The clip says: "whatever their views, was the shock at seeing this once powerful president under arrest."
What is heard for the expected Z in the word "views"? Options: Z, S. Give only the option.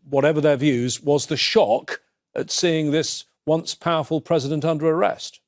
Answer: Z